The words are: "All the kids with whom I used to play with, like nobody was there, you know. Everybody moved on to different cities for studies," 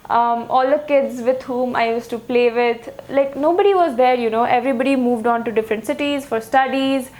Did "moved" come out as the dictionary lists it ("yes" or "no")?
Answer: yes